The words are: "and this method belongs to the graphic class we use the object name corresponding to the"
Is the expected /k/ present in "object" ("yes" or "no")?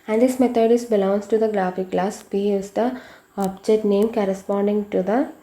no